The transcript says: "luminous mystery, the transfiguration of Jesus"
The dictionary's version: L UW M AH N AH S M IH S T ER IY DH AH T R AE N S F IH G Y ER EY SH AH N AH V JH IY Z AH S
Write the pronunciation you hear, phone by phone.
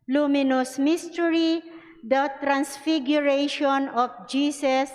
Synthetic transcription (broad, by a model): L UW M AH N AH S M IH S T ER IY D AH T R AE N S F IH G Y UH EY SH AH N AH F JH IY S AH S